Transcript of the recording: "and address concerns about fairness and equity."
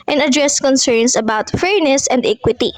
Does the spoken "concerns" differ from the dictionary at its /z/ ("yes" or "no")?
yes